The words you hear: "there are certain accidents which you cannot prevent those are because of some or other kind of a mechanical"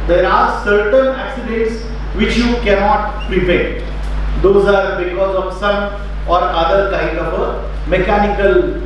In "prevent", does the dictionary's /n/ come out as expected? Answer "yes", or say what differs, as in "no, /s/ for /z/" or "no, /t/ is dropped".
no, /n/ is dropped